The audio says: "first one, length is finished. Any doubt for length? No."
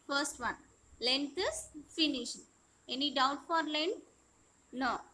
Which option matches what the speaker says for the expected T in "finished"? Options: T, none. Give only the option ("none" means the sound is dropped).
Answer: none